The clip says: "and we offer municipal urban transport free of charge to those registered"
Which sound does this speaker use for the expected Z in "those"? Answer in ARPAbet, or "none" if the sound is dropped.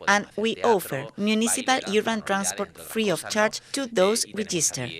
S